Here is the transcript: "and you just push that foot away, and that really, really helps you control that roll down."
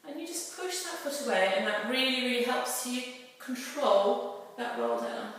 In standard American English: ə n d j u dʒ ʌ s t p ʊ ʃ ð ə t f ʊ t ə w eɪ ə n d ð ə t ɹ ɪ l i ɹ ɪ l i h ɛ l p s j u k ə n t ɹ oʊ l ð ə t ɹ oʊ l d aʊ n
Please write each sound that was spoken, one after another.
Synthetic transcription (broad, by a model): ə n j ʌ dʒ ʌ s p ʊ ʃ ð ə t f ʊ t ə w eɪ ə n ð ə t ɹ ɪ l i ɹ ɪ l i h ɛ l p s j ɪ k ə n t ɹ oʊ l ð ə t ɹ oʊ l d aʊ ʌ